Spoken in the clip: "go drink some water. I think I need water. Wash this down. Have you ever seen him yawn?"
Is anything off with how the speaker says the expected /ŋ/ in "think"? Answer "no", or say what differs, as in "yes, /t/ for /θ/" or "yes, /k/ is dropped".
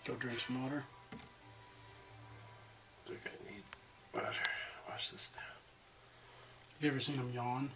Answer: yes, /ŋ/ is dropped